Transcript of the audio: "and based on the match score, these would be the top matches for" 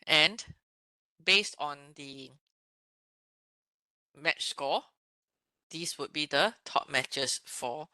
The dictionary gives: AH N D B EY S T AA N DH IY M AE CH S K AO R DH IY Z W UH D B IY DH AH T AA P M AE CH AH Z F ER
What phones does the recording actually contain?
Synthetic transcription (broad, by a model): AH N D B EY S T AA N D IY M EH CH S K AO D IY S W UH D B IY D AH T AA P M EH CH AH S F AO